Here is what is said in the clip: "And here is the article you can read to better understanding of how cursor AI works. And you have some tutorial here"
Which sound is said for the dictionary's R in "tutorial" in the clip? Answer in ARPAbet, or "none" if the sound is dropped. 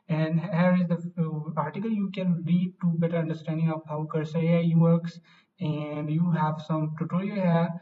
L